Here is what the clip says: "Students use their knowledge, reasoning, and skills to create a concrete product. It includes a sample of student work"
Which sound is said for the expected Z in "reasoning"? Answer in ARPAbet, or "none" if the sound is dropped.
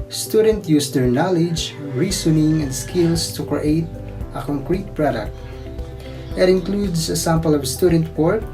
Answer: S